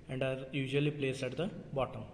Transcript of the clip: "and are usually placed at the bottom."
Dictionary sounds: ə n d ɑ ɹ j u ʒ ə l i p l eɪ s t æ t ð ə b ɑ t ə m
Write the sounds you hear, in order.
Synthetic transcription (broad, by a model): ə n d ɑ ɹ j u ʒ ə l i p l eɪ s ɛ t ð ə b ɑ t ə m